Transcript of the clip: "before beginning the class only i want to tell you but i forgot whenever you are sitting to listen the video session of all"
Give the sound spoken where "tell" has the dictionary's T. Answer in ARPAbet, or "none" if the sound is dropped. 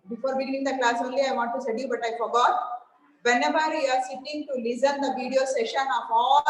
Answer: S